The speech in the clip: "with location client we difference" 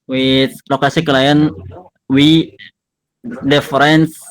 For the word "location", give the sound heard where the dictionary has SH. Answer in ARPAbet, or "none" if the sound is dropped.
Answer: S